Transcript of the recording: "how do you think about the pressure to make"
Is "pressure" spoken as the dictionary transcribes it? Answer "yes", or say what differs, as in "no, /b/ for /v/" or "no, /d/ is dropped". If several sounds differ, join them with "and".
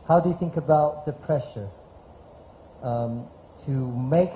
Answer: yes